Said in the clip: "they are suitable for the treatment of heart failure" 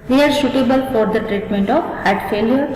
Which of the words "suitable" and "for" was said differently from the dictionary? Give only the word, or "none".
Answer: suitable